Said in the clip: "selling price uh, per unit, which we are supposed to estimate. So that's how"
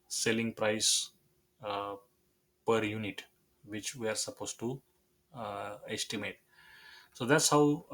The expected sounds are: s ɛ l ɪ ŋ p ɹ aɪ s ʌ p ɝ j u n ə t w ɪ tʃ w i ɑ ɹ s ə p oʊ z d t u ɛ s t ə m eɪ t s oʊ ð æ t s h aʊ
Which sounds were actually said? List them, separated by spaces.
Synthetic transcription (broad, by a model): s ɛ l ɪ ŋ p ɹ aɪ s p ɝ j u n ə t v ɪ tʃ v i ɑ ɹ s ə p oʊ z t u ɛ s t ə m eɪ t s oʊ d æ t s h aʊ